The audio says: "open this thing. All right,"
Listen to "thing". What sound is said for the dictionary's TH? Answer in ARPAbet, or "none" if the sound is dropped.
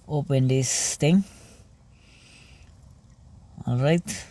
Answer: T